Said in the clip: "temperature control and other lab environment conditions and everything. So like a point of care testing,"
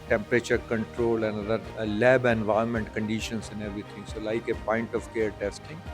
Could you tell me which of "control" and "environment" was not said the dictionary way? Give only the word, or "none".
environment